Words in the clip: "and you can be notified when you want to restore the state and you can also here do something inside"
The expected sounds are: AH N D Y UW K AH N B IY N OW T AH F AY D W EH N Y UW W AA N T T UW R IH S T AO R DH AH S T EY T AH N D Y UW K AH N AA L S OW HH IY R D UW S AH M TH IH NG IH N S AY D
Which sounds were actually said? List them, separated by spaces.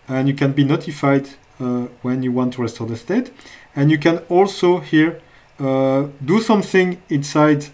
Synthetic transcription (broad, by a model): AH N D Y UW K AH N B IY N OW T AH F AY D W EH N Y UW W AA N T T UW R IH S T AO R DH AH S T EY T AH N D Y UW K AH N AA L S OW HH IY R D UW S AH M TH IH NG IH N S AY D